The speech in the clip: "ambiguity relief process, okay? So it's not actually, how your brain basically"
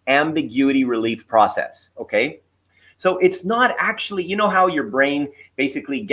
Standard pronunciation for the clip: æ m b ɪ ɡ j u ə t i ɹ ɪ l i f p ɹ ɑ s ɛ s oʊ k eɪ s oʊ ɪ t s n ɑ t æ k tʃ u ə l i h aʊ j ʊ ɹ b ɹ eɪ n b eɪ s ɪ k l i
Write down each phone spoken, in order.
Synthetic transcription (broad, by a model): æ m b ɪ ɡ j u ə t i ɹ ɪ l i f p ɹ ɑ s ɛ s oʊ k eɪ s oʊ ɪ t s n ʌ t æ k tʃ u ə n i h aʊ j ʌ ɹ b ɹ eɪ n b eɪ s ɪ k l i